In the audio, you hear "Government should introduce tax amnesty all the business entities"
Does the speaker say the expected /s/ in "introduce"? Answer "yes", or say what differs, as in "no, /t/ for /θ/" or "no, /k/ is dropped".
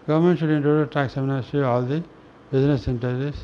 no, /s/ is dropped